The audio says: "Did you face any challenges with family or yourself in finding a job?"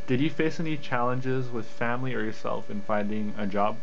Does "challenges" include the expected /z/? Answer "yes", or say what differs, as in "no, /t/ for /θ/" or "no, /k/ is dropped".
yes